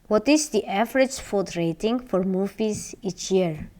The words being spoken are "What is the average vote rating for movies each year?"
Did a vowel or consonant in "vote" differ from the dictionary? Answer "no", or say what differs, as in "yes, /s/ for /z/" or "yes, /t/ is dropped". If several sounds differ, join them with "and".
yes, /f/ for /v/